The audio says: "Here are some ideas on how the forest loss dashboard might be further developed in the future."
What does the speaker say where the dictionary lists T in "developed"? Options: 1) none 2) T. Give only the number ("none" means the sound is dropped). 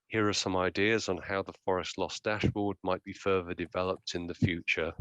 2